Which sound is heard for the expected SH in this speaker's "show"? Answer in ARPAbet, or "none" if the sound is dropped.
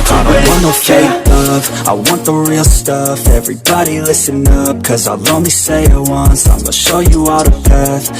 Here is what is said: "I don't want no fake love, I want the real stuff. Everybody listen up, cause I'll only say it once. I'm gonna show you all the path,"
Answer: SH